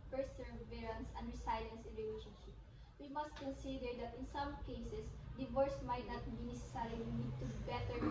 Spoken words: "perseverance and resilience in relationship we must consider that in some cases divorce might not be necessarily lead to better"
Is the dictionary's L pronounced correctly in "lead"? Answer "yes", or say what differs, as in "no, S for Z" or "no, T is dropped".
no, N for L